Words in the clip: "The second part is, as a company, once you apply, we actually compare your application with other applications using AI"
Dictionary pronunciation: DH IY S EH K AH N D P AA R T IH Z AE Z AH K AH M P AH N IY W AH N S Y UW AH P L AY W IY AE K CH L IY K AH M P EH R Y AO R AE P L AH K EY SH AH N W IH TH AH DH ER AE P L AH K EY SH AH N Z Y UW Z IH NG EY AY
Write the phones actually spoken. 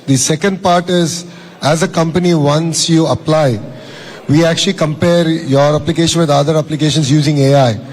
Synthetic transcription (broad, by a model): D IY S EH K AH N D P AA R T IH Z AE Z AH K AH M P AH N IY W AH N S Y UW AH P L AY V IY AE K CH L IY K AH M P EH R Y AO R AE P L AH K EY SH AH N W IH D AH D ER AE P L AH K EY SH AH N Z Y UW Z IH NG EY AY